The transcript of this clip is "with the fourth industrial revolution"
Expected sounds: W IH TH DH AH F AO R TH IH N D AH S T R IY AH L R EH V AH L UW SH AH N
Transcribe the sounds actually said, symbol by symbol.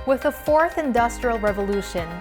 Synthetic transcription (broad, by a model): W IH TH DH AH F AO R TH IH N D AH S T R IY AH L R EH V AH L UW SH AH N